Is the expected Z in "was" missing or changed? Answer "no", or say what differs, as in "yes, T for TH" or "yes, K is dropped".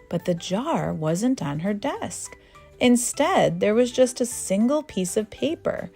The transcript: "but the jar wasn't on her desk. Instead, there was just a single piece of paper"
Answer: no